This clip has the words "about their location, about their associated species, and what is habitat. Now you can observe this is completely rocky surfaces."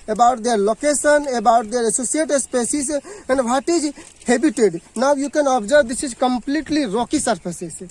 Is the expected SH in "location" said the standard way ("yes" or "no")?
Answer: no